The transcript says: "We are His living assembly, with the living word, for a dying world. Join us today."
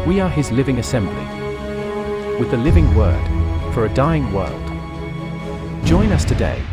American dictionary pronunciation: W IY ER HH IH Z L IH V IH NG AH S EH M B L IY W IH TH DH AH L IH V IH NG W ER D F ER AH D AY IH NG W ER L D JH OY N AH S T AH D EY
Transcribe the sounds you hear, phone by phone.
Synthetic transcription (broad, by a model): W IY ER IH Z L IH V IH NG AH S EH M B L IY W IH DH AH L IH V IH NG W ER D F ER AH D AY IH NG W ER L D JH OY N AH S T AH D EY